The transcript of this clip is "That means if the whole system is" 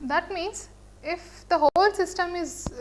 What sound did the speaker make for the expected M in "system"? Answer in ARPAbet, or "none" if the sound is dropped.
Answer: M